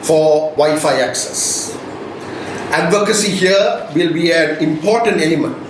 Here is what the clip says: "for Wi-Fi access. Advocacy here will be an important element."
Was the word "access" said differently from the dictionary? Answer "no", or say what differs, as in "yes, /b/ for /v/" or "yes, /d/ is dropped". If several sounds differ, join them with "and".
no